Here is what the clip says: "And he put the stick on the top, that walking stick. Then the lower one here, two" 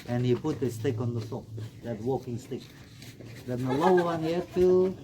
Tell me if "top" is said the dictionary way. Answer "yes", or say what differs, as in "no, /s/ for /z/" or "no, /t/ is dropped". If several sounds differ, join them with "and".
no, /s/ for /t/